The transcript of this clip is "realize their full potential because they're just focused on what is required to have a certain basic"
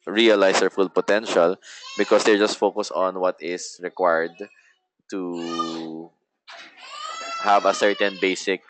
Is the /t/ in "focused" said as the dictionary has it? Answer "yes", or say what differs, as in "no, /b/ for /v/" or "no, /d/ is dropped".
no, /t/ is dropped